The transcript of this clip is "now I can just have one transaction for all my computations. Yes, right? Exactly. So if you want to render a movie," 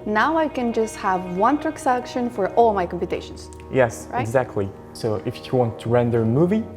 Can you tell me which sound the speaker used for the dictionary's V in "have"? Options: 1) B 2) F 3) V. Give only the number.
3